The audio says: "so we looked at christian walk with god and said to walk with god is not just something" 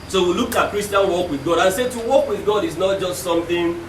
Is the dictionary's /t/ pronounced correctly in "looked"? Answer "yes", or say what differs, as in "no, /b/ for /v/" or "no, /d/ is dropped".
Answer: no, /t/ is dropped